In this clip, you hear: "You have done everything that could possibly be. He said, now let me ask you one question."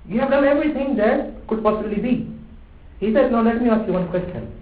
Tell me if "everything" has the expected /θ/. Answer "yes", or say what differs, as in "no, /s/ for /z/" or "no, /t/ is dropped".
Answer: no, /t/ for /θ/